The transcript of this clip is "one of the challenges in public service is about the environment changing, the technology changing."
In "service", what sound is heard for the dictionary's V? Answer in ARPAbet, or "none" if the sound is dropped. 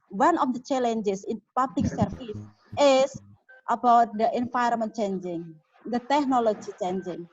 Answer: F